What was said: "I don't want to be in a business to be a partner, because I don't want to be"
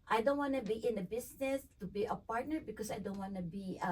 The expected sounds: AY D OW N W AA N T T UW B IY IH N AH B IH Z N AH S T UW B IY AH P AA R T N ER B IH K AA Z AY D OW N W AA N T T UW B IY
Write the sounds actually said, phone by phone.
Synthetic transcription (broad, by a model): AY D OW N W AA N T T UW B IY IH N AH B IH S N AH S T UW B IY AH P AA R T N ER B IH K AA S AY D OW N W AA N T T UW B IY